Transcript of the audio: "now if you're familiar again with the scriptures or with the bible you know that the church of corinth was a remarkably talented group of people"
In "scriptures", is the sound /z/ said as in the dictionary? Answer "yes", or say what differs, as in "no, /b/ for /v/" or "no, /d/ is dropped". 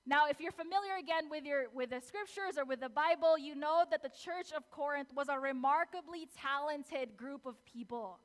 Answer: yes